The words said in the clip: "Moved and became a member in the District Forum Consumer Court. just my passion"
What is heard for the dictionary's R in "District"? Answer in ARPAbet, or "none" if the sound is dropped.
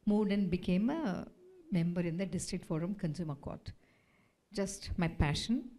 R